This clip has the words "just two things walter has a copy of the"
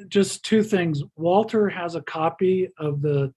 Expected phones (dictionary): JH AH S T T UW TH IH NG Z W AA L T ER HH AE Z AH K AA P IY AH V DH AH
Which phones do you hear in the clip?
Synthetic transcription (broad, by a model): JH AH S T T UW TH IH NG Z W AA L T ER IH Z AH K AA P IY AH V DH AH